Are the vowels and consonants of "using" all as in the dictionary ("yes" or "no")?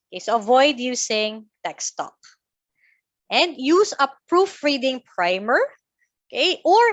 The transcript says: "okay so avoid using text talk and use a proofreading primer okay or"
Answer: no